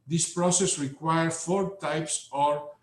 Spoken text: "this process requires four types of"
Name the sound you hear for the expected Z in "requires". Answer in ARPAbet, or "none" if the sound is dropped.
none